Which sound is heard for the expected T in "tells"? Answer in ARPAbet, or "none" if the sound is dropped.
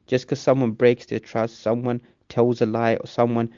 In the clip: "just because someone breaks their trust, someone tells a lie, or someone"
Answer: T